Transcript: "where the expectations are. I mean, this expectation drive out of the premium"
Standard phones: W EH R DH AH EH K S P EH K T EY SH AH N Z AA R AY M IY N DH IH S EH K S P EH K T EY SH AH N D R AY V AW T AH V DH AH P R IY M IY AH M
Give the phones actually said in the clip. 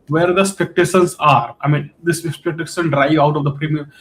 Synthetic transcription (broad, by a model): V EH R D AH S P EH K T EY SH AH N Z AA R AY M IY N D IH S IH S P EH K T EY S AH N D R AY V AW T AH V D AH P R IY M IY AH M